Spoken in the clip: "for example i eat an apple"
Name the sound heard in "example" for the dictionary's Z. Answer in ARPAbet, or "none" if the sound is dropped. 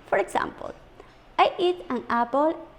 S